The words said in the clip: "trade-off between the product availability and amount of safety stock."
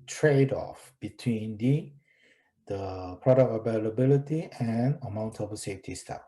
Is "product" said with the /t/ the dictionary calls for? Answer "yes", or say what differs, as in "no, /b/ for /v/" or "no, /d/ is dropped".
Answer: no, /t/ is dropped